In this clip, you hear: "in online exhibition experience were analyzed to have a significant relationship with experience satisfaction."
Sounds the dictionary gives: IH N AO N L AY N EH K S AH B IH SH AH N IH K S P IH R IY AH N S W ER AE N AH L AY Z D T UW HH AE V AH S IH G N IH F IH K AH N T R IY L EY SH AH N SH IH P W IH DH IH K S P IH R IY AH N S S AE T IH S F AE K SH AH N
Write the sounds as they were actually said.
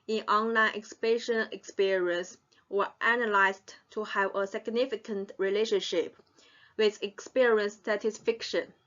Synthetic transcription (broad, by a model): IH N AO N L AY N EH K S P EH SH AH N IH K S P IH R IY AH N S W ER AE N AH L AY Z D T UW HH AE V AH S IH G N IH F IH K AH N T R IY L EY SH AH N SH IH P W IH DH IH K S P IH R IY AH N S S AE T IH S F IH K SH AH N